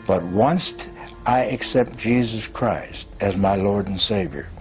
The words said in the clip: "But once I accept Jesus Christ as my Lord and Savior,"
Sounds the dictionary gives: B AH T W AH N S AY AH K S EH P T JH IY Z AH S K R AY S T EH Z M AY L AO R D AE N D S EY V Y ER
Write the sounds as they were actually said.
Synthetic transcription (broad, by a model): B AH T W AH N S AY AH K S EH P T JH IY Z AH S K R AY S T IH Z M AY L AO R D N S EY V Y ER